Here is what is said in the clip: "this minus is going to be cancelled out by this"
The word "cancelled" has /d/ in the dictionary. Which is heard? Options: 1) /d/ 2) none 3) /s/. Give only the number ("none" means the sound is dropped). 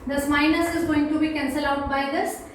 2